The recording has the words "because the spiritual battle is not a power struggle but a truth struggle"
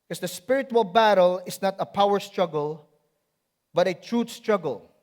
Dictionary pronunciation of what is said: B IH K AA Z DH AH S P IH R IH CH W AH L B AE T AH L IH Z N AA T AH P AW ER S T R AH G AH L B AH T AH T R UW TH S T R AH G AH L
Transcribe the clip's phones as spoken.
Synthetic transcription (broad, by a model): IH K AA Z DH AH S P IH R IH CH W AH L B AE T AH L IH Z N AA T AH P AW ER S T R AH G AH L B AH T AH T R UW T S T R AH G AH L